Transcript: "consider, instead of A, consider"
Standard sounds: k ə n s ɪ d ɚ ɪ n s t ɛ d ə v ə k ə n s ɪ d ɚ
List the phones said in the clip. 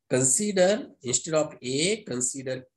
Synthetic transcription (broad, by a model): k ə n s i d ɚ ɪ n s t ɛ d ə p ə k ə n s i d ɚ